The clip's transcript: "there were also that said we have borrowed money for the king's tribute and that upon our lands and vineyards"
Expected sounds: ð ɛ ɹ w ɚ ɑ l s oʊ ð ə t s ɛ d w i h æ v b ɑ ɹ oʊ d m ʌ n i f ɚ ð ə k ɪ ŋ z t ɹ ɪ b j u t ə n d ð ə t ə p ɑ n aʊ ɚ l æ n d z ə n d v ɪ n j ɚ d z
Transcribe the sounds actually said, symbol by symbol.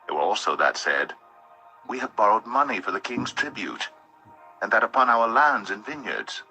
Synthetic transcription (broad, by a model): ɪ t w ɚ ɑ l s oʊ ð ə t s ɛ d w i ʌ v b ɑ ɹ oʊ d m ʌ n i f ɚ ð ə k ɪ ŋ z t ɹ ɪ b j u t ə n ð ə t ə p ɑ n aʊ ɚ l æ n d z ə n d v ɪ n j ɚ d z